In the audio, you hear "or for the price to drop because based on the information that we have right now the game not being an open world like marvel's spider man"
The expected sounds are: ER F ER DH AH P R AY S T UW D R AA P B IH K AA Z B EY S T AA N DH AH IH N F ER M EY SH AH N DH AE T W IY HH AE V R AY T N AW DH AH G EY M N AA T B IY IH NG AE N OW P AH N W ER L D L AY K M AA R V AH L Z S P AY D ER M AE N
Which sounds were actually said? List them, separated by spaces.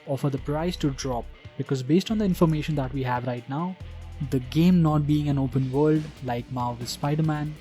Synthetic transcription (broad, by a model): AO F ER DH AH P R AY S T UW D R AA P B IH K AA Z B EY S T AA N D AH IH N F ER M EY SH AH N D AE T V IY HH AE V R AY T N AW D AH G EY M N AA T B IY IH NG AE N OW P AH N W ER L D L AY K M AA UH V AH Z S P AY D ER M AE N